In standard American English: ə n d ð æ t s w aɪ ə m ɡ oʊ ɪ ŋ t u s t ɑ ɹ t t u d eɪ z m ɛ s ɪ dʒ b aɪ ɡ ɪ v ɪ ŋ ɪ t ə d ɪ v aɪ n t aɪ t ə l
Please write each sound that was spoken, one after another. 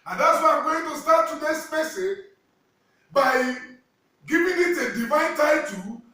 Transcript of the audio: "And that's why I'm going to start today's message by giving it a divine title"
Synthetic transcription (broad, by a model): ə n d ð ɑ t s w aɪ ə m ɡ oʊ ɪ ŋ t u s t ɑ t t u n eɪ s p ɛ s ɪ b aɪ ɡ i v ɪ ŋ ɪ t ə d ɪ v aɪ n t aɪ t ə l